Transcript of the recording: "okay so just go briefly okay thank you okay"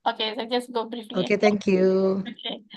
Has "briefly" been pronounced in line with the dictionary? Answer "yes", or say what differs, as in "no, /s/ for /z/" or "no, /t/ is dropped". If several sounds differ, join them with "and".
no, /l/ is dropped